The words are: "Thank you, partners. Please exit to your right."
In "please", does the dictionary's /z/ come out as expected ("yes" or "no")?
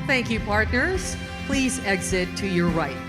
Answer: yes